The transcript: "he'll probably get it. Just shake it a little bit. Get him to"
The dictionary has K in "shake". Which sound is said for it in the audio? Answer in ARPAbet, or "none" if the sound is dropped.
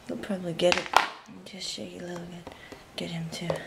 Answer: none